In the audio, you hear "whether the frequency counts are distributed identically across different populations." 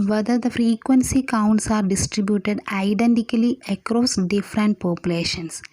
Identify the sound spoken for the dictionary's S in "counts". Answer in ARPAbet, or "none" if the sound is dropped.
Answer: S